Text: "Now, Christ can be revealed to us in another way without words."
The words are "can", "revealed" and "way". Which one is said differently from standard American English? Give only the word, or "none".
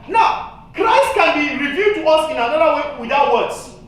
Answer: revealed